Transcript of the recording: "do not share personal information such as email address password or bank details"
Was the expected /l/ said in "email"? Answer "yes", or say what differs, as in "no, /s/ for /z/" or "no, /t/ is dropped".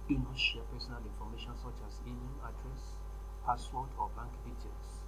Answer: no, /n/ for /l/